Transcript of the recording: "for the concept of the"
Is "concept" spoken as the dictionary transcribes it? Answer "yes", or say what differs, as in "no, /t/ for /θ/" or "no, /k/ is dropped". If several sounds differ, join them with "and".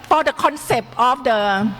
yes